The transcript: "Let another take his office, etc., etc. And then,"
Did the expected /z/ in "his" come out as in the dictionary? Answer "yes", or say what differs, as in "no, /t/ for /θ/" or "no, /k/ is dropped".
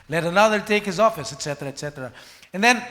yes